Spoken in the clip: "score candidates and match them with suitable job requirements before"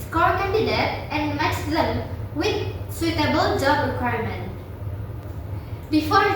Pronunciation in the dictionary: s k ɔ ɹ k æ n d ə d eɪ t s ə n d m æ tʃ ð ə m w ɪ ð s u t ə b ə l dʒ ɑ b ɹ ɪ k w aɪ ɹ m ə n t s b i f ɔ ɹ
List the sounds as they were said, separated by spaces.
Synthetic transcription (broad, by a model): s k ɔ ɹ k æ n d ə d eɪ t ə n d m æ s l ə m w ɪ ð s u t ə b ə l dʒ ɑ b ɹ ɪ k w aɪ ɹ m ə n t b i f ɔ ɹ